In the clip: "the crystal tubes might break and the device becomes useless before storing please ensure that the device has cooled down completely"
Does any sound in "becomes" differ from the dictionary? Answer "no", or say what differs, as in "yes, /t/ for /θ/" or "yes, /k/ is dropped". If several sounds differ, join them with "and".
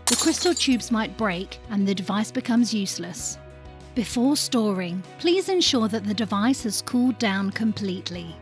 no